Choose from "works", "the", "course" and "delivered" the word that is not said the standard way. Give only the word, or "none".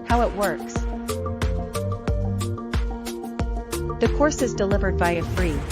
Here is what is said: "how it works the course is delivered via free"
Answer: none